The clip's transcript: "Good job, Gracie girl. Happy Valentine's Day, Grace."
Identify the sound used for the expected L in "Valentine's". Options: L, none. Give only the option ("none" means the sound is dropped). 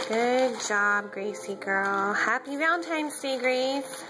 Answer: none